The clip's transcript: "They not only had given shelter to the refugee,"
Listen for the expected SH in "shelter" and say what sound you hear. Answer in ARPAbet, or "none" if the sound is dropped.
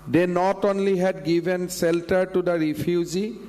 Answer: S